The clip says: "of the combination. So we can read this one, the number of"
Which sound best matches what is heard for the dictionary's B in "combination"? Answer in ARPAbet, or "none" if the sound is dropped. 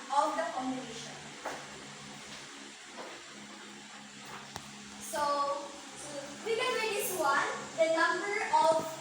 none